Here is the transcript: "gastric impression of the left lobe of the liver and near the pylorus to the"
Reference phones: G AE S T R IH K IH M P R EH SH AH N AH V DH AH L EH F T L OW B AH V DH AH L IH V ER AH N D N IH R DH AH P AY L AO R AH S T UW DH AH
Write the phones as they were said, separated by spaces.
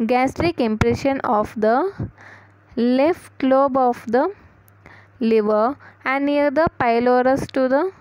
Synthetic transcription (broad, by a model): G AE S T R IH K IH M P R EH SH AH N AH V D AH L EH F T L OW B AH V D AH L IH V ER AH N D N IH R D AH P AY L AO R AH S T UW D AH